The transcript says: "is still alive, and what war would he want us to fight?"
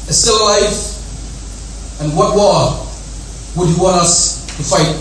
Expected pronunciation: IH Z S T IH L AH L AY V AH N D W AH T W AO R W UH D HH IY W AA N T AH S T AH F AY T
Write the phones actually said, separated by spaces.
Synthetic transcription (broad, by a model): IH S T IH L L AY F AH N W AH T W AO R W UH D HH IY W AA N T AH S T AH F AY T